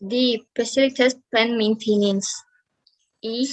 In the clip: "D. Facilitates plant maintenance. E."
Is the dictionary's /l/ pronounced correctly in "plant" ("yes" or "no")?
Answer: no